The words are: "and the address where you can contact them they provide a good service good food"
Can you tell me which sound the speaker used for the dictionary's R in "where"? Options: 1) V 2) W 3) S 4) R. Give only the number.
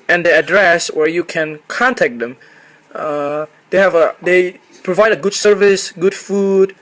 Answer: 4